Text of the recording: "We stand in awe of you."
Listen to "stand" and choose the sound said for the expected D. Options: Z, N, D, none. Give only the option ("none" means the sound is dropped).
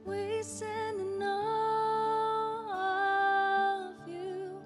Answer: none